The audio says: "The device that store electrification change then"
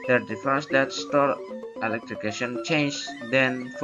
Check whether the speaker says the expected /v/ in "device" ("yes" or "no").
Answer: no